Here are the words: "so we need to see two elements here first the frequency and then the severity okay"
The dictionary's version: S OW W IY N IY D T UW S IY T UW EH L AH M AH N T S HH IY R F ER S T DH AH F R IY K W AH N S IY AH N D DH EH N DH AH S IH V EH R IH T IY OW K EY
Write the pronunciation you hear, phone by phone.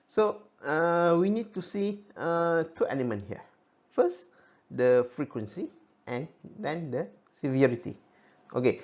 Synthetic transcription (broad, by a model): S OW W IY N IY D T UW S IY T UW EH N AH M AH N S HH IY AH F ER S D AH F R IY K W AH N S IY AH N D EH N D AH S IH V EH R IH T IY OW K EY